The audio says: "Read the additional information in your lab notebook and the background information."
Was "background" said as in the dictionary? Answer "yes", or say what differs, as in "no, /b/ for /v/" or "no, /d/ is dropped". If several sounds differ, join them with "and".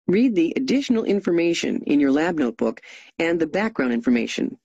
yes